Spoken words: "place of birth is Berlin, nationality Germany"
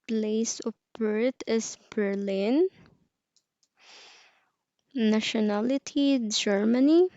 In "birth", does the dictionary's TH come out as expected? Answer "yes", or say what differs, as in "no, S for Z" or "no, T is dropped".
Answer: no, T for TH